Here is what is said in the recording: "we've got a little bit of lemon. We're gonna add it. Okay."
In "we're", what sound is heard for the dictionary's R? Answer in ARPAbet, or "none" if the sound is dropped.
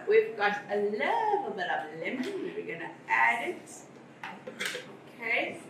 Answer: W